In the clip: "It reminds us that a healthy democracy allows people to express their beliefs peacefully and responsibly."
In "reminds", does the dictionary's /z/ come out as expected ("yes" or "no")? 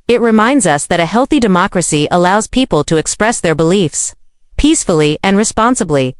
yes